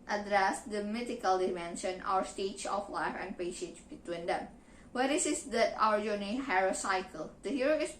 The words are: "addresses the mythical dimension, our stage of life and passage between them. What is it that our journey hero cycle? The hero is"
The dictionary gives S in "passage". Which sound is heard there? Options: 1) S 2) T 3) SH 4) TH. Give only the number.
3